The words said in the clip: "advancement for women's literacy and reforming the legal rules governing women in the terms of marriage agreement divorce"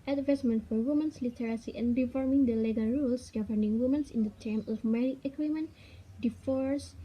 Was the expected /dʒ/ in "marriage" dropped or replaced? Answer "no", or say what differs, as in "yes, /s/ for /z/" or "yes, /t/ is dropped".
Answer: yes, /dʒ/ is dropped